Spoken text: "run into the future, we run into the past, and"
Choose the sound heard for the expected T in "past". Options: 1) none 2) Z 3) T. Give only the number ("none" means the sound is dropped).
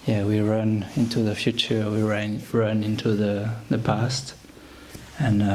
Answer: 3